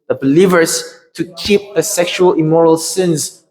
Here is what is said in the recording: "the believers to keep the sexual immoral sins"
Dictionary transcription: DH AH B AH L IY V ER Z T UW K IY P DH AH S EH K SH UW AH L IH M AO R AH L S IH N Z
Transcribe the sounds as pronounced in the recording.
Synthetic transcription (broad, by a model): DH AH B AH L IY V ER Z T UW K IY P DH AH S EH K SH UW AH L IH M AO R AH L S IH N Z